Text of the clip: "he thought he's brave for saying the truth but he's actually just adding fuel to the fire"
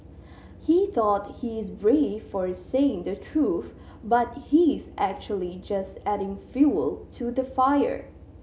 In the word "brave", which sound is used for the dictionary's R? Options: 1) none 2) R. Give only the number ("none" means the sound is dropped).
2